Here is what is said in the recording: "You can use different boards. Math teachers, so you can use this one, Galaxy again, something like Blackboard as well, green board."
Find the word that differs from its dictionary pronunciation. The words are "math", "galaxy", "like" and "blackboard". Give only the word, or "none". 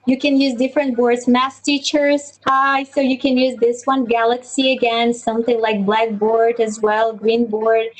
math